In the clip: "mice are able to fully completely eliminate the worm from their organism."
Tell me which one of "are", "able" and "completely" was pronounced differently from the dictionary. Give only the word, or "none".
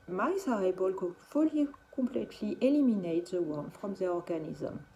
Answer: completely